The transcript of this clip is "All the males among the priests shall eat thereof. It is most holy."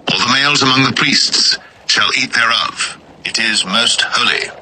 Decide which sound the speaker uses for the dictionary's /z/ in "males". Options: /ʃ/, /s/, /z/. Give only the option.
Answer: /z/